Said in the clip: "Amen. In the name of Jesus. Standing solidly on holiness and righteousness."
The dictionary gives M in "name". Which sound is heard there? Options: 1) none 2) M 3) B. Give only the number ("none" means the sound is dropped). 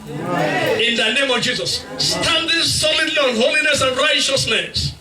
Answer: 2